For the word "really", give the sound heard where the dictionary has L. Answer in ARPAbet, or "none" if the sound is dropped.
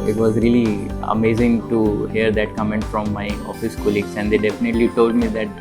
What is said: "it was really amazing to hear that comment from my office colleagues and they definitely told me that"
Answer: L